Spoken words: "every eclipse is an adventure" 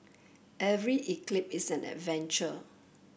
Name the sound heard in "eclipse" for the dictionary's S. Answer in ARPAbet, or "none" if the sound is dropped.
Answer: none